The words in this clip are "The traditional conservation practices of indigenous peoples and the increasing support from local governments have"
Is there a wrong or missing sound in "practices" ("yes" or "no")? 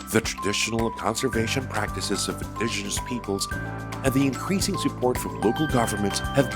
no